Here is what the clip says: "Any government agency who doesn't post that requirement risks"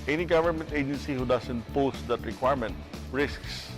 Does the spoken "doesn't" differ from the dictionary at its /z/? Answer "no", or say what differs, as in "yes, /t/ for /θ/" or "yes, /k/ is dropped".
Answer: yes, /s/ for /z/